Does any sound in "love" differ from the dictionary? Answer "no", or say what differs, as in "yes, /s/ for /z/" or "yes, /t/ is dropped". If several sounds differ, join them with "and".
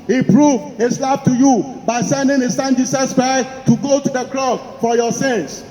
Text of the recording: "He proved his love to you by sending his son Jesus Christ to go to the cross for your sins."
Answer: yes, /b/ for /v/